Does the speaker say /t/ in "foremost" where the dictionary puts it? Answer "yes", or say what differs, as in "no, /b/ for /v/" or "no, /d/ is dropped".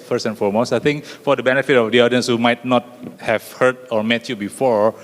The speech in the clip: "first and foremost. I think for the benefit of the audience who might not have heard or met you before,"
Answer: no, /t/ is dropped